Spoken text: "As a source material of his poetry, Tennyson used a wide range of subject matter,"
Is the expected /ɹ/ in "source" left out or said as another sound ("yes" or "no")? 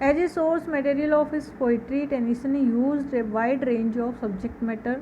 no